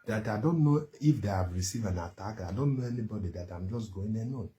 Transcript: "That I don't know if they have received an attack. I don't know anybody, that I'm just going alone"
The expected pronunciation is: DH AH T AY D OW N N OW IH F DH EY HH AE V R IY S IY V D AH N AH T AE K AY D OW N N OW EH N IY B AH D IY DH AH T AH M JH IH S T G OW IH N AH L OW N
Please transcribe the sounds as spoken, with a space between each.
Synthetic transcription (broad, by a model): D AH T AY D OW N N OW IH F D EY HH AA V R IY S IY V AH N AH T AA K AY D OW N N OW EH N IY B AH D IY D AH T AH M JH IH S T G OW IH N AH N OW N